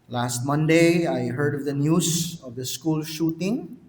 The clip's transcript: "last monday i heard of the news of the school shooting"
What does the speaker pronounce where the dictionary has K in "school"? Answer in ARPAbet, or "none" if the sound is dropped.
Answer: K